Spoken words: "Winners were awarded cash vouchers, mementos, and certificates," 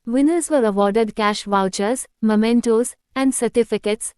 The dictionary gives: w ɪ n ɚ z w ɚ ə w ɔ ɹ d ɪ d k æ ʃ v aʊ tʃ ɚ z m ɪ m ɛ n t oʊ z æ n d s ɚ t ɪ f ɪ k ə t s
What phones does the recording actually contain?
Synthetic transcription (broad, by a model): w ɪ n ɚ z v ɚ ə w ɔ ɹ d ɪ d k æ ʃ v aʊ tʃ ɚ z m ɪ m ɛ n t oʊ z æ n d s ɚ t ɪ f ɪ k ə t s